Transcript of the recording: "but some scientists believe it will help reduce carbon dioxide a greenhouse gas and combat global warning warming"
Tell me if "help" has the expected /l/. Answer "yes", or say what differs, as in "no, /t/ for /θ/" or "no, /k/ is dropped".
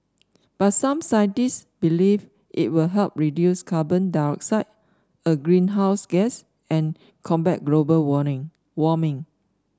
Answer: yes